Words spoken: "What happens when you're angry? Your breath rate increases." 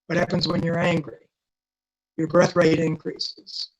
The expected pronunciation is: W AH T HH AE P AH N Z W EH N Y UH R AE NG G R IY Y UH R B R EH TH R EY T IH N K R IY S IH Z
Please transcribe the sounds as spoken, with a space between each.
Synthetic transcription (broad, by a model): W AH T HH AE P AH N Z W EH N Y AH R AE NG G R IY Y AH R B R EH TH R EY T IH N K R IY S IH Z